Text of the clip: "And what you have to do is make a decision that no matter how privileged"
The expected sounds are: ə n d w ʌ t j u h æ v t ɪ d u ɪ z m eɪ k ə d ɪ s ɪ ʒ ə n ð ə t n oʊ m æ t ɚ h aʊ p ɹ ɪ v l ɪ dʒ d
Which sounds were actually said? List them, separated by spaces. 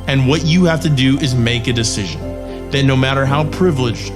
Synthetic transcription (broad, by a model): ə n w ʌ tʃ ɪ h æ f t ɪ d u ɪ z m eɪ k ə d ɪ s ɪ ʒ ə n ð ə t n oʊ m æ t ɚ h aʊ p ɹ ɪ v l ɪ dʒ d